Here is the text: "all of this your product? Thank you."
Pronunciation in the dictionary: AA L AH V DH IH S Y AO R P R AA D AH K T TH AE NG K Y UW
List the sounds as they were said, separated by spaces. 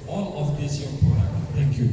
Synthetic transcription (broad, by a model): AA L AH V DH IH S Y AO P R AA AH T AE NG K Y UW